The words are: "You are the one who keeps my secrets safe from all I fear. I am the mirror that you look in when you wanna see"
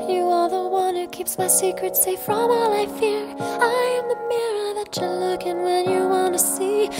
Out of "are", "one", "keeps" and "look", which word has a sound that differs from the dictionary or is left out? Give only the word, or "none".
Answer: none